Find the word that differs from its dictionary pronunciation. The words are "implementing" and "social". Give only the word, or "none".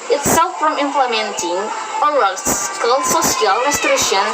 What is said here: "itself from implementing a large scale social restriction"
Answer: social